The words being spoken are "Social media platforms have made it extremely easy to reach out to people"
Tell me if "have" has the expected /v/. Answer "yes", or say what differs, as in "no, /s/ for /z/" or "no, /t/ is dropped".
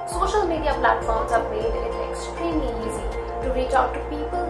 no, /b/ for /v/